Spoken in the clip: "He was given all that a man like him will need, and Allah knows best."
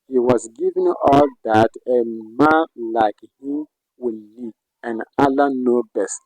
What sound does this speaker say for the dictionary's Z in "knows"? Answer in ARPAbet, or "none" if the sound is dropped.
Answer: none